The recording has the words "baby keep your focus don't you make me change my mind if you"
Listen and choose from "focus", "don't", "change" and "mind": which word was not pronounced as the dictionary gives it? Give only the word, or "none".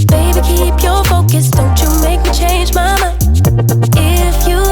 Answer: mind